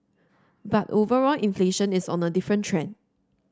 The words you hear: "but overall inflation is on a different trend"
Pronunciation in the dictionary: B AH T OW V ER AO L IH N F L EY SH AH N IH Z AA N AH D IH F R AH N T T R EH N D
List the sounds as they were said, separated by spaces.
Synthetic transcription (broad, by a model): B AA T OW V ER AO L IH N F L EY SH AH N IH S AA N AH D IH F R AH N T T R EH N